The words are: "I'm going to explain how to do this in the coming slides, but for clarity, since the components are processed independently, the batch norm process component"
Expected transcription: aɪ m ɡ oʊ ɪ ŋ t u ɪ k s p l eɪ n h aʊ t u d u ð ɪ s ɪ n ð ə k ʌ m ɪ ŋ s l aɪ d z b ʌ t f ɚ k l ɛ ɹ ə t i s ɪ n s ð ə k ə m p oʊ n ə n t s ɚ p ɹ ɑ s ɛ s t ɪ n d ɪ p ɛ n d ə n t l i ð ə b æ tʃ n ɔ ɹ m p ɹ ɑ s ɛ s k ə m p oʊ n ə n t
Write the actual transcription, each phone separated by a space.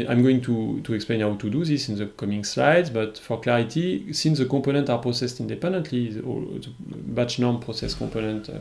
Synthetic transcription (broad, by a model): aɪ m ɡ oʊ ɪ ŋ t u ɪ k s p l eɪ n h aʊ t u d u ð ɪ s ɪ n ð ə k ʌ m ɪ ŋ s l aɪ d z b ʌ t f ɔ k l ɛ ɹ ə t i s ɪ n s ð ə k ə p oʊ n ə n t ɑ p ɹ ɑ s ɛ s t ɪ n d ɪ p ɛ n d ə n t l i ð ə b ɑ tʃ n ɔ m p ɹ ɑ s ɛ s k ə p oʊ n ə n t